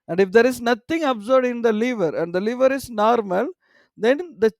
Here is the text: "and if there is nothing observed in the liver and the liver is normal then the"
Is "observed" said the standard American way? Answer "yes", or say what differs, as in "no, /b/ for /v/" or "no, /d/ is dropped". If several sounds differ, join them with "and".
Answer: no, /v/ is dropped